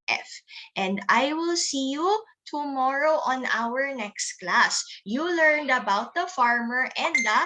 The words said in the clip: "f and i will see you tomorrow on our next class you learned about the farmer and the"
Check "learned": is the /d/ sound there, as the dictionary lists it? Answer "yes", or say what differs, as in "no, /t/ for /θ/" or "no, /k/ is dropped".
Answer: yes